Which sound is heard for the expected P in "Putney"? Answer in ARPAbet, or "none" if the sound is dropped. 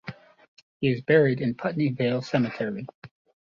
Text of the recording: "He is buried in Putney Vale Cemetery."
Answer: P